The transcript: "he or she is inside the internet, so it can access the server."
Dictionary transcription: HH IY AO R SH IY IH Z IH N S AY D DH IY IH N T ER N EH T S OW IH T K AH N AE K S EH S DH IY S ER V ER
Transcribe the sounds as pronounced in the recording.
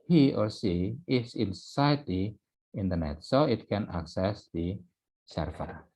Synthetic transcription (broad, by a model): HH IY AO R S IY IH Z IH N S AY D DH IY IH N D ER N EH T S OW IH T K AH N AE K S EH S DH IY S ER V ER